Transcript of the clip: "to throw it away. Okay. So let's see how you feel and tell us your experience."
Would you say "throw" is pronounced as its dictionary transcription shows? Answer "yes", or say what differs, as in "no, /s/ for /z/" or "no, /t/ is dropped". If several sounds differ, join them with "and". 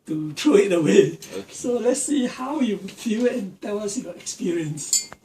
no, /t/ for /θ/